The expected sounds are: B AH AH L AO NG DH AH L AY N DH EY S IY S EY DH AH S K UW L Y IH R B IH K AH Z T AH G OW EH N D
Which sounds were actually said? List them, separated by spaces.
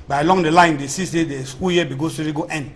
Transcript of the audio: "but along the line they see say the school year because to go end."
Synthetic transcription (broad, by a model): B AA AH L AO NG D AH L AY N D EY S IY S EY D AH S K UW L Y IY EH B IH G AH S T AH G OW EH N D